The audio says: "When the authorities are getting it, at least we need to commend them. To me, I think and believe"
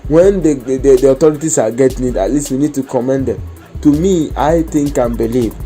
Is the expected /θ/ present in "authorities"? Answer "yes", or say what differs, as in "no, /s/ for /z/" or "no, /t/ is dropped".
no, /t/ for /θ/